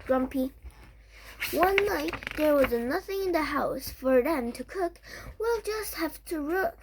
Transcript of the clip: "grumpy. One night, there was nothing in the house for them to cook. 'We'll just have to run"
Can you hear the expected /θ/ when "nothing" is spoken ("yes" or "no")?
yes